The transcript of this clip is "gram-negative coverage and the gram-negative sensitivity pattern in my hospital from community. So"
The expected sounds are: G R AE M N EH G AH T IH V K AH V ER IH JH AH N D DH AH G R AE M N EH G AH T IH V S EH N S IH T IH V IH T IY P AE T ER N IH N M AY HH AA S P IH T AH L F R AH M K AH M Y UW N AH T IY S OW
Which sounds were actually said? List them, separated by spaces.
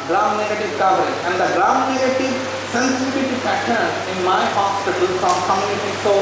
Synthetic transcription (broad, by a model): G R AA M N EH G AH T IH V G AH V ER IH AH N D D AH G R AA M N EH G AH T IH V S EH N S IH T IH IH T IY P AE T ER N IH N M AY HH AA S P IH T AH L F R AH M K AH M Y UW N AH T IY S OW